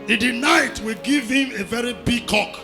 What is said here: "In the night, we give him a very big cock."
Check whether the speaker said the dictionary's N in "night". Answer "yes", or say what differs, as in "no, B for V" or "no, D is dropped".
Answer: yes